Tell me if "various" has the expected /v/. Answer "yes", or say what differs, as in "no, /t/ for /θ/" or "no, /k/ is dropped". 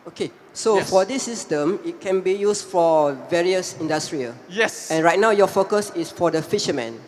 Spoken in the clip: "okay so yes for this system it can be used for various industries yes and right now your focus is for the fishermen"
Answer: yes